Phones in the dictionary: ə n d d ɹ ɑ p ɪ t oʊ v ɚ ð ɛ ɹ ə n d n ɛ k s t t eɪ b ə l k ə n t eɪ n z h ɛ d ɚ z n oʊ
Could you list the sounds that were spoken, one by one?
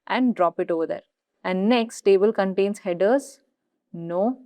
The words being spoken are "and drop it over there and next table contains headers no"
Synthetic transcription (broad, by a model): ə n d d ɹ ɑ p ɪ t oʊ v ɚ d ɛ ɹ ə n d n ɛ k s t t eɪ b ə l k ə n t eɪ n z h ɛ d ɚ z n oʊ